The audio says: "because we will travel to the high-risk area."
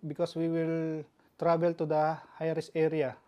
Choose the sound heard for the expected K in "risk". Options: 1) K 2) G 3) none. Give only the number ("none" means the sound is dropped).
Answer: 3